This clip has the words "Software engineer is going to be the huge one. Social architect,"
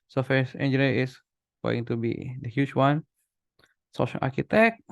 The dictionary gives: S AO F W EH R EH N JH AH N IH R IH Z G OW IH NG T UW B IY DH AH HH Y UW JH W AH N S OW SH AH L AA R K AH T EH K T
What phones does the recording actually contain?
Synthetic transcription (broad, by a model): S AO F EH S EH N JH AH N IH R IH S G OW IH NG T UW B IY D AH HH Y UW CH W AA N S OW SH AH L AA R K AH T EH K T